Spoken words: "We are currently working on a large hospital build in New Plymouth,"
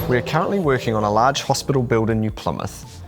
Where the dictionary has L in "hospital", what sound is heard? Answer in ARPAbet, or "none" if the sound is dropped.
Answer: L